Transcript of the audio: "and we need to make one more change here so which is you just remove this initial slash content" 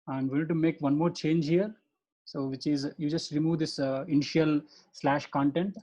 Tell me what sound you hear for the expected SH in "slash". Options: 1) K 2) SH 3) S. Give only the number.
2